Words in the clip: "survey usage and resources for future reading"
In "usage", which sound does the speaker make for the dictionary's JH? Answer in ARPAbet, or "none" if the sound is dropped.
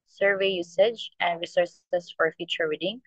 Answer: JH